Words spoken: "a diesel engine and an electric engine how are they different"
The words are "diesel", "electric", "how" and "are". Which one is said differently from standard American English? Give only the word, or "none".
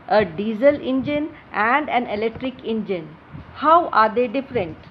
none